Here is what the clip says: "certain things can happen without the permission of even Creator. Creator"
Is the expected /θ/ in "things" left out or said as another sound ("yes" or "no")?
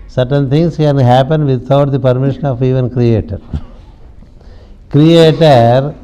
yes